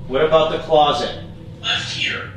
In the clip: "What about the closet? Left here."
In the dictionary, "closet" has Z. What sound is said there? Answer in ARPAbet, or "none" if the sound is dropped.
Z